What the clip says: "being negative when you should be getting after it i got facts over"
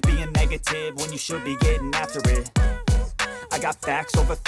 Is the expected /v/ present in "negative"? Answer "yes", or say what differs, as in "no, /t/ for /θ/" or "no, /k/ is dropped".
yes